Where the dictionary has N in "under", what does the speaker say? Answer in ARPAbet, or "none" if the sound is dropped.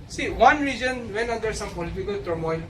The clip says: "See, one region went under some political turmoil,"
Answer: none